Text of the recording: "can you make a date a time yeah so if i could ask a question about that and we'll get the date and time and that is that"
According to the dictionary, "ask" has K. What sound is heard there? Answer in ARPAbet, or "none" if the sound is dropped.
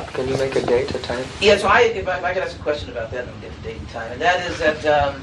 none